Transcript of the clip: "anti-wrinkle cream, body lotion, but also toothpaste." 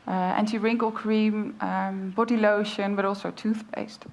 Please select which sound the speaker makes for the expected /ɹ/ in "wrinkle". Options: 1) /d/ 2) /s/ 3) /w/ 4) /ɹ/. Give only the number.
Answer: 4